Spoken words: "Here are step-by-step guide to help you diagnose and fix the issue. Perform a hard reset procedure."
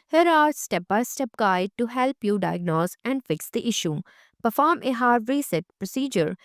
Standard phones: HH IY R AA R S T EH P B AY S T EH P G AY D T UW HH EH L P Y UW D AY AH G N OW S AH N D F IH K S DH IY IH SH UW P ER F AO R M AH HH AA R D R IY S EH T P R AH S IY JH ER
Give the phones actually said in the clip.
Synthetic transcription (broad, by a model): HH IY R AA R S T EH P B AY S T EH P G AY D T UW HH EH L P Y UW D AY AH G N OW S AH N D F IH K S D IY IH SH UW P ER F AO R M AH HH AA R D R IY S EH T P R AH S IY JH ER